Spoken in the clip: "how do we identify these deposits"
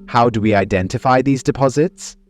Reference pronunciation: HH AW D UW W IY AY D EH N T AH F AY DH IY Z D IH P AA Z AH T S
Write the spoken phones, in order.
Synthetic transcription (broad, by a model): HH AW D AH W IY AY D EH N T AH F AY DH IY Z D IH P AA Z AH T S